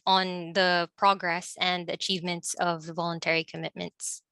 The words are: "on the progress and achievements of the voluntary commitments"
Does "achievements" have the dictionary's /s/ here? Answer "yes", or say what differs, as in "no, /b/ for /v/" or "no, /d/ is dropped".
yes